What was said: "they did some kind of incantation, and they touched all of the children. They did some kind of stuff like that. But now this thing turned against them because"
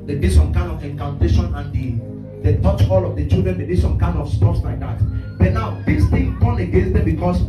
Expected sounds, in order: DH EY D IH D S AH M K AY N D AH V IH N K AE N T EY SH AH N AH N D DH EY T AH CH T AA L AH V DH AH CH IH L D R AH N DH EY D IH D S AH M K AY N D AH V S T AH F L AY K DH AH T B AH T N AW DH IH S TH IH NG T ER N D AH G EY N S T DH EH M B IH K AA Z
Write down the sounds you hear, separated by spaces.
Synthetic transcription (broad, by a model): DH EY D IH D S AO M K AY N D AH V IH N K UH N T EY SH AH N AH N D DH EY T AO CH AA L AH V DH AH CH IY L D R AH N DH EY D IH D S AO M K AY N D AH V S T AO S L AY K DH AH T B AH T N AW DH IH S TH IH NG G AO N AH G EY N S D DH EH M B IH K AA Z